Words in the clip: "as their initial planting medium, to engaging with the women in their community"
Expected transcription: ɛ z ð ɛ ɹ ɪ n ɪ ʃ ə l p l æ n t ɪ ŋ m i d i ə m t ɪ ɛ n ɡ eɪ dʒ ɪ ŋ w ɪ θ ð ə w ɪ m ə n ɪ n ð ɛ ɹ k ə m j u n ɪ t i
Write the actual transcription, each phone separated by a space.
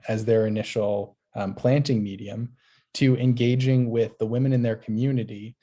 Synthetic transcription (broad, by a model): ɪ z ð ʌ ɹ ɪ n ɪ ʃ l p l æ n t ɪ ŋ m i d i ə m t ɪ ɛ n ɡ eɪ dʒ ɪ ŋ w ɪ ð ə w ɪ m ə n ɪ n ð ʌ ɹ k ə m j u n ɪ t i